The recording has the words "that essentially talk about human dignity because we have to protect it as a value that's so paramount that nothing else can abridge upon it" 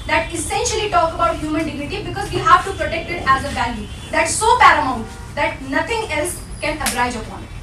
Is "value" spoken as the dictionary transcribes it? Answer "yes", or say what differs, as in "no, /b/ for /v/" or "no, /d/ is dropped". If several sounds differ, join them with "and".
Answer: no, /b/ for /v/